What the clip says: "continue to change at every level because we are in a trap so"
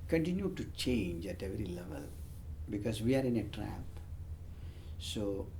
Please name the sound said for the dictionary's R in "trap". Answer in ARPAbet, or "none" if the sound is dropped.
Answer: R